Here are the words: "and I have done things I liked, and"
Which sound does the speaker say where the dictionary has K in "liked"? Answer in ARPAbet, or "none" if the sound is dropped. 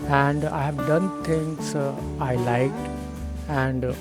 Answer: K